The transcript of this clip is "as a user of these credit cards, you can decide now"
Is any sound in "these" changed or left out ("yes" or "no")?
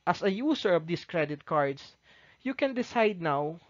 yes